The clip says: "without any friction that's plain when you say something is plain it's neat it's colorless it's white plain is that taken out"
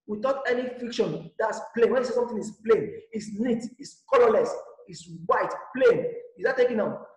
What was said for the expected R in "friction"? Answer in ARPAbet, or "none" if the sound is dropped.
none